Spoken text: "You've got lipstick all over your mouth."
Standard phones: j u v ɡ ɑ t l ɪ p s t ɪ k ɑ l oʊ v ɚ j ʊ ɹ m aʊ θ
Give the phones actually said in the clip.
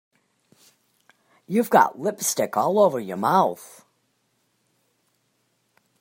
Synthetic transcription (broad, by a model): j u v ɡ ɑ t l ɪ p s t ɪ k ɑ l oʊ v ɚ j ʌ ɹ m aʊ θ